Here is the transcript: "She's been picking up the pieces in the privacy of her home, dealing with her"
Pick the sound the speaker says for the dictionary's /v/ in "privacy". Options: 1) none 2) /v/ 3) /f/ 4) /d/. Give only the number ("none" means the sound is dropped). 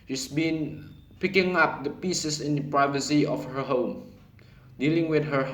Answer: 2